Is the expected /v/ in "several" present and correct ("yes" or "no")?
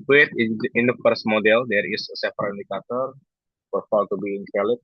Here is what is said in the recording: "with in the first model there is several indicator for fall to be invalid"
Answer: no